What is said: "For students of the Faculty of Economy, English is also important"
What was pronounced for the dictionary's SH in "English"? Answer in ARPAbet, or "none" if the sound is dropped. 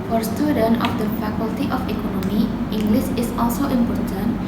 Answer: S